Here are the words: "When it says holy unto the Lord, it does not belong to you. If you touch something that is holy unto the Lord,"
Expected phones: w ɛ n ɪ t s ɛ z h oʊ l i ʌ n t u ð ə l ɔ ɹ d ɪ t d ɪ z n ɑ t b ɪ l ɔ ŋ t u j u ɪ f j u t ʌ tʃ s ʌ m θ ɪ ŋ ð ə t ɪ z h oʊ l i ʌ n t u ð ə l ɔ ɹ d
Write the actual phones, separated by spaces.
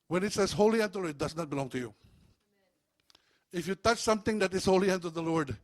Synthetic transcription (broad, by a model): w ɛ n ɪ t s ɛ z h oʊ l i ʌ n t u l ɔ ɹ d ɪ t d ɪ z n ɑ t b ɪ l ɔ ŋ t u j u ɪ f j u t ʌ tʃ s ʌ m t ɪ ŋ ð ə t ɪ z h oʊ l i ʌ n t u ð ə l ɔ ɹ d